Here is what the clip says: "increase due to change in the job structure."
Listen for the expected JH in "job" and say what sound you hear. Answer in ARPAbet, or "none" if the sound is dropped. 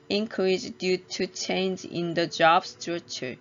JH